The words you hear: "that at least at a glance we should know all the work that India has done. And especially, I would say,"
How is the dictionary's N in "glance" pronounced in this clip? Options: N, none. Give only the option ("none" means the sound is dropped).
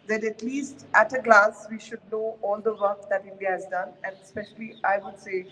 none